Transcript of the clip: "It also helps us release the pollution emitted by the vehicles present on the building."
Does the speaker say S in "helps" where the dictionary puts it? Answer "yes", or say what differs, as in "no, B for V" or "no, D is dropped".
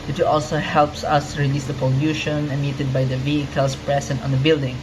yes